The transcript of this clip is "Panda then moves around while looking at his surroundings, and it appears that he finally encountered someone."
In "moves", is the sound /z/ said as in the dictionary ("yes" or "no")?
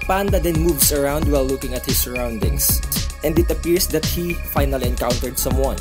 no